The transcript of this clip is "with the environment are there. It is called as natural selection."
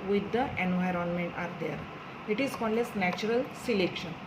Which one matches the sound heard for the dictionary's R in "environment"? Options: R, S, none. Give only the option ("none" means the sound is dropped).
R